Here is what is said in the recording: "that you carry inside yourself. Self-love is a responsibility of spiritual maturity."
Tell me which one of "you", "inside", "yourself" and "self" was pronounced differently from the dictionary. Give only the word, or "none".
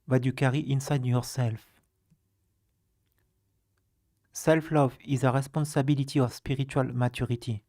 none